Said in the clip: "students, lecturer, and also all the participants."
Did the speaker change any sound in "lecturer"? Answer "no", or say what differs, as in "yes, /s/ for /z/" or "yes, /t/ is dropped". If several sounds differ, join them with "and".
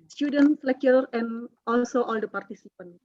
yes, /tʃ/ is dropped